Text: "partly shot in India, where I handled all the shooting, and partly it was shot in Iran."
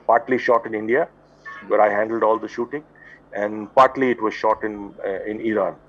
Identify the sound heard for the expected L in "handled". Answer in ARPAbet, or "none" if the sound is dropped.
L